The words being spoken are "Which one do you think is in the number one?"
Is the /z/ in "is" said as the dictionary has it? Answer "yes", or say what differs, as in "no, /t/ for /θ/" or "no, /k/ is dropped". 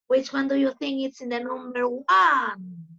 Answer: no, /s/ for /z/